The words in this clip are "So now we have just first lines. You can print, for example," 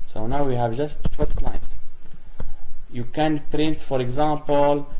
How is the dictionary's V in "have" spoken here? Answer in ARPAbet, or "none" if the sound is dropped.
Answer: V